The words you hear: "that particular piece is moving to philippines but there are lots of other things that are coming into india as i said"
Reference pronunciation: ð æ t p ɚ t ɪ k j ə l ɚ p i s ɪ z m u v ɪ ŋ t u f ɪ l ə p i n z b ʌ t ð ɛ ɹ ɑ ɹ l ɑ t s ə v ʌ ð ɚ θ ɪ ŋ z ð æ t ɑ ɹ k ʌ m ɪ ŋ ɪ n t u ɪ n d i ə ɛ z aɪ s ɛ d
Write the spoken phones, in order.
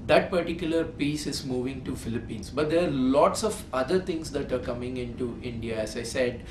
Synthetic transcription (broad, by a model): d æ t p ɚ t ɪ k j ə l ɚ p i s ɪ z m u v ɪ ŋ t u f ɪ l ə p i n s b ʌ t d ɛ ɹ ɑ ɹ l ɑ t s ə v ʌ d ɚ t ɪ ŋ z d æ t ɑ ɹ k ʌ m ɪ ŋ ɪ n t u ɪ n d i ə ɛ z aɪ s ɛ d